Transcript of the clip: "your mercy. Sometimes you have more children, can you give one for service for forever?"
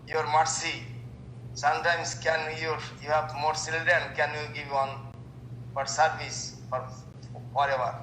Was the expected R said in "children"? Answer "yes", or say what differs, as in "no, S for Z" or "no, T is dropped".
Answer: no, R is dropped